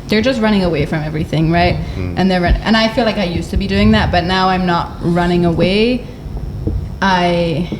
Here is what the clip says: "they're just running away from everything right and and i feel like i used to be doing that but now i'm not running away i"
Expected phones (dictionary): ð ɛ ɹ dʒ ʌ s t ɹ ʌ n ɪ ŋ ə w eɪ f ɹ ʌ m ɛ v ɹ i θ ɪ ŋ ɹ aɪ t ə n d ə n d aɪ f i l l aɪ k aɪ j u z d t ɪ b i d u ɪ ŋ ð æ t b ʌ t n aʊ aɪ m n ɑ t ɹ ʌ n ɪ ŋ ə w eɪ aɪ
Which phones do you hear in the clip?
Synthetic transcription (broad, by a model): ð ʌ ɹ dʒ ʌ s t ɹ ʌ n ɪ ŋ ə w eɪ f ɹ ʌ m ɛ v ɹ i θ ɪ ŋ ɹ aɪ t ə n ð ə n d aɪ f i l l aɪ k aɪ j u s t ɪ b i d u ɪ ŋ ð æ t b ʌ t n aʊ aɪ m n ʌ t ɹ ʌ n ɪ ŋ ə w eɪ aɪ